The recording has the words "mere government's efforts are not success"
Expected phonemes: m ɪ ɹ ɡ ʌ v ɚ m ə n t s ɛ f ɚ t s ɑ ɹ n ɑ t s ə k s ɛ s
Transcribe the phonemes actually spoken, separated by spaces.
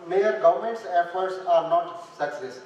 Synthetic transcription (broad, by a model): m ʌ ɹ ɡ ʌ v ɚ m ə n t s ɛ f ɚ t s ɑ ɹ n ɑ t s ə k s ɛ s